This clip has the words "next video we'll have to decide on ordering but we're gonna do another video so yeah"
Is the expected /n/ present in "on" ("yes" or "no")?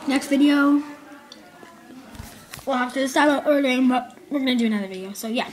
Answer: no